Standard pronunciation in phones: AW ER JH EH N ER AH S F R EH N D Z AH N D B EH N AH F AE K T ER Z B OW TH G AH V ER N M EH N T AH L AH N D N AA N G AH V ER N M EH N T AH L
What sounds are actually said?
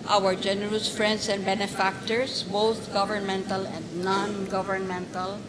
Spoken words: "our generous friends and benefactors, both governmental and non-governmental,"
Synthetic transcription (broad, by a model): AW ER JH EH N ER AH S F R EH N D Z AH N D B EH N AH F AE K T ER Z B OW T G AH V ER N M EH N T AH L AH N D N AA N G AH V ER N M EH N T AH L